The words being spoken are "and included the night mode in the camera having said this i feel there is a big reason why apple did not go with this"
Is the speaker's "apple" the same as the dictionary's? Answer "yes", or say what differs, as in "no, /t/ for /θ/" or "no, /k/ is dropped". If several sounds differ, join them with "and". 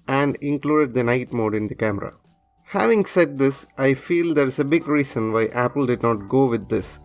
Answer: yes